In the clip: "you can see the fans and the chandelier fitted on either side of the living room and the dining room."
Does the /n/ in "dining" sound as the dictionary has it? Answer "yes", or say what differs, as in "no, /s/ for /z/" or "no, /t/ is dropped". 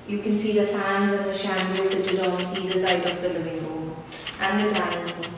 no, /n/ is dropped